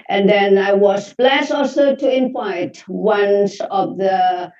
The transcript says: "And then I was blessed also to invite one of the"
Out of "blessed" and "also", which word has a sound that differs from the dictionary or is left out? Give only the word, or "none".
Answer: blessed